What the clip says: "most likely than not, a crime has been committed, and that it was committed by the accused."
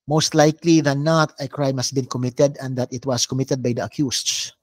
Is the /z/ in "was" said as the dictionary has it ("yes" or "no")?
no